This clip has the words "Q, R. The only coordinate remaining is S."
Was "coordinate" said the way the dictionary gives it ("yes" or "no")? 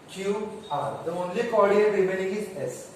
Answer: no